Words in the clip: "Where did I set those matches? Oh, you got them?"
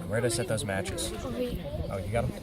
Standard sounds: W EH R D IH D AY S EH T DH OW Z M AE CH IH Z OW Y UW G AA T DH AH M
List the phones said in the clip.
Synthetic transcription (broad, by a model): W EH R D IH S EH T DH OW Z M AE CH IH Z OW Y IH G AA T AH